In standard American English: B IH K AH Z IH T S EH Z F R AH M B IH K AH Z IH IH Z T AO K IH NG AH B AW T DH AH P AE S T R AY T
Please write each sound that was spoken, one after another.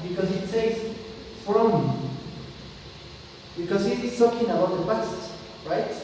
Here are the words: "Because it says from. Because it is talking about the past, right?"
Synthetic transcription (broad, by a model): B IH K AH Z IH T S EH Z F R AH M B IH K AH Z IH IH Z S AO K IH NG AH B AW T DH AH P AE S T R AY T